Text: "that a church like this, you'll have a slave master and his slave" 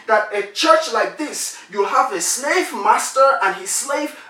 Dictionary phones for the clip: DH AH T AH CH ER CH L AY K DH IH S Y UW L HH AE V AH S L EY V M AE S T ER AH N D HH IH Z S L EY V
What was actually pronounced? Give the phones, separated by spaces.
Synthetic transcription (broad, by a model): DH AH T AH CH ER CH L AY K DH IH S Y UW L HH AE V AH S L EY V M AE S T ER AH N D HH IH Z S L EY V